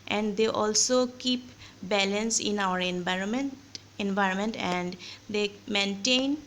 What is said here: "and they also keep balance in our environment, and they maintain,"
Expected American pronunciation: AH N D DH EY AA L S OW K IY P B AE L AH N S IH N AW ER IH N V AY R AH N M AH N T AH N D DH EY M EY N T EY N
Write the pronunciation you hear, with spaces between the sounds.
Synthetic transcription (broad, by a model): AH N D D EY AA L S OW K IY P B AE L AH N S IH N AW ER IH N V AY R AH N M AH N T AH N D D EY M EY N T EY N